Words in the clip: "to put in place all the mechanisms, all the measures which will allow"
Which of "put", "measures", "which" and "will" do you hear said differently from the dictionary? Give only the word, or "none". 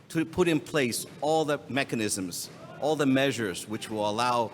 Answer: none